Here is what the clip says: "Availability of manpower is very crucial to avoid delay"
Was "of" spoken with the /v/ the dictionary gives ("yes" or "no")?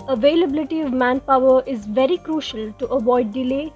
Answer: yes